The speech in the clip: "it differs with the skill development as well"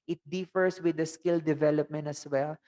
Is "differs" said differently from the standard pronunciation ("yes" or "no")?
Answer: yes